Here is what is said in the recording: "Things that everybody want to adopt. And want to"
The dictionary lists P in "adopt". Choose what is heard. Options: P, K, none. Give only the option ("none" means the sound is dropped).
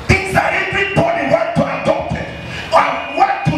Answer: none